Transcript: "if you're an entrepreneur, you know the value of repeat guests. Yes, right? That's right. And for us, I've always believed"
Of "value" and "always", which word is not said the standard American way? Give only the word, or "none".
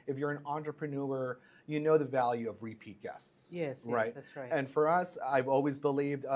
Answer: none